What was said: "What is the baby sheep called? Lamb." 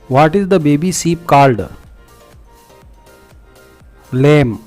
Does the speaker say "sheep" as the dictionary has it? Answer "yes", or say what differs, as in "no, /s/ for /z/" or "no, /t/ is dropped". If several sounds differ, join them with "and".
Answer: no, /s/ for /ʃ/